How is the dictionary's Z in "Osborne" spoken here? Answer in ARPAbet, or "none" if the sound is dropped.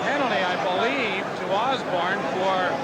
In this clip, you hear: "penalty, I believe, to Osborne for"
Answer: Z